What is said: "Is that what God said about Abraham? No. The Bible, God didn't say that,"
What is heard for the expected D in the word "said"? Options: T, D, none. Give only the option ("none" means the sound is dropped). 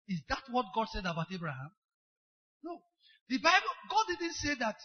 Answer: D